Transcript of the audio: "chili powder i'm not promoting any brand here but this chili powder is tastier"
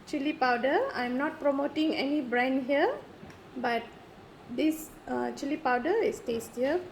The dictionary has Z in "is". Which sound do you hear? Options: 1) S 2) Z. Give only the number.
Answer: 1